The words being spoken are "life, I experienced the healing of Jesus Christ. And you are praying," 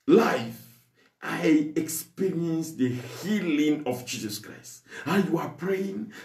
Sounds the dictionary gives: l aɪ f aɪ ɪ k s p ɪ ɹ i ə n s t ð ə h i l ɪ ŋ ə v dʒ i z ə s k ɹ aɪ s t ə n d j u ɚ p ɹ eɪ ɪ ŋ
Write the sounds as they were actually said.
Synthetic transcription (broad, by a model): l aɪ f aɪ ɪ k s p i ɹ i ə n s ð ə h i l ɪ ŋ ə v dʒ i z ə s k ɹ aɪ s t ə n j u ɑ p ɹ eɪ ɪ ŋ